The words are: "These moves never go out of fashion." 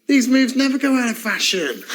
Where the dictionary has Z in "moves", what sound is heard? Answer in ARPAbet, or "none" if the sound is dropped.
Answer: Z